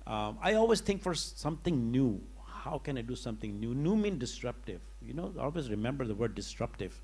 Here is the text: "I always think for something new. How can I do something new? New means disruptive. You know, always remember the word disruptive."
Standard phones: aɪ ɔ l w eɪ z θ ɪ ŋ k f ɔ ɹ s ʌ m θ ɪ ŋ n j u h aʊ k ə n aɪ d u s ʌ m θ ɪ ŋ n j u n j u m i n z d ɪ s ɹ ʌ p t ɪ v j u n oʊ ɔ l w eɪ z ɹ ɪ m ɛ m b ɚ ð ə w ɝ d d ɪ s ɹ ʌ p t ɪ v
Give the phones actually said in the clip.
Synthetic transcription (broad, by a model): aɪ ɔ l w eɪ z t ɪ ŋ k f ɔ ɹ s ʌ m t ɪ ŋ n j u h aʊ k ə n aɪ d u s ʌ m t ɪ ŋ n j u n j u m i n d ɪ s ɹ ʌ p t ɪ v j u n oʊ ɔ l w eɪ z ɹ ɪ m ɛ m b ɚ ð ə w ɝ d d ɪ s ɹ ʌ p t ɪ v